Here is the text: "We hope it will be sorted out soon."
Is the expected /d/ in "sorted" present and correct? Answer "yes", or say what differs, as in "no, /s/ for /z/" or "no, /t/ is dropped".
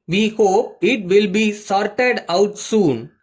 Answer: yes